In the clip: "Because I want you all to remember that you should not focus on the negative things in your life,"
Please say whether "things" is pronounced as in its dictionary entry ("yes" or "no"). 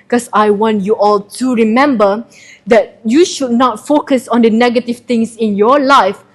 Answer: no